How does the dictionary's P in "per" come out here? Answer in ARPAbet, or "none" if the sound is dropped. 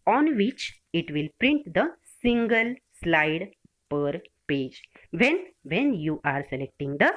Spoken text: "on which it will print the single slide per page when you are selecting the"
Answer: P